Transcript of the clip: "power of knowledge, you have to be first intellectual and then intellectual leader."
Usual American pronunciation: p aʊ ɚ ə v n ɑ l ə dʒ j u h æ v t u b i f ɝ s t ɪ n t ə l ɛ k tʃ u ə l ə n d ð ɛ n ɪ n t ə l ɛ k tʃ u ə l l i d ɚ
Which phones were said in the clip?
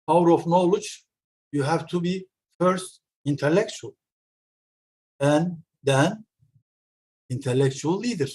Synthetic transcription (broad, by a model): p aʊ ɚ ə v n ɑ l ə dʒ j u h æ v t u b i f ɝ s t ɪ n t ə l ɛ k tʃ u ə l ə n d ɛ n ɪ n t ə l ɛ k tʃ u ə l l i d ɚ